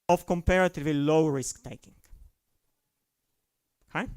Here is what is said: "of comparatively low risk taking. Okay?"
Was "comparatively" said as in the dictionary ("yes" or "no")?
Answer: no